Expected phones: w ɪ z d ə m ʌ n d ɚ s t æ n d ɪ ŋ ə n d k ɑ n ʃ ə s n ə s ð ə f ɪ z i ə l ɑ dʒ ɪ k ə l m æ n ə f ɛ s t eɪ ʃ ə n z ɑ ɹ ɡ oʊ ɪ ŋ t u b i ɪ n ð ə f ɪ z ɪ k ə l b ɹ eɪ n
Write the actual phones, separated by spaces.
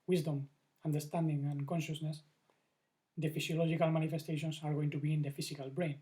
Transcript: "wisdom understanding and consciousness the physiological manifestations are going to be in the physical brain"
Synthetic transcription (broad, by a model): w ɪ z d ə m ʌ n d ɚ s t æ n d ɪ ŋ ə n k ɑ n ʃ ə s n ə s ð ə f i s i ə l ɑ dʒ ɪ k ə l m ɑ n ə f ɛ s t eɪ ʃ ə n s ɑ ɹ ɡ oʊ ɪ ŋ t u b i ɪ n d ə f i s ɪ k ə l b ɹ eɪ n